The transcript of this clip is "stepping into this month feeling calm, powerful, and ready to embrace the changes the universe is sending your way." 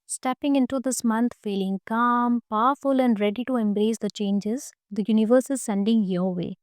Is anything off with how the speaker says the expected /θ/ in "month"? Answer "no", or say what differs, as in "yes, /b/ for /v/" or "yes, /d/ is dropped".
yes, /t/ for /θ/